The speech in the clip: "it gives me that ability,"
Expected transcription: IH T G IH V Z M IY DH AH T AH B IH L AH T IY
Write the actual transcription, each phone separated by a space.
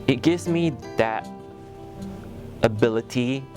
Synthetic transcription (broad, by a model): IH T G IH V Z M IY DH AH T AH B IH L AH T IY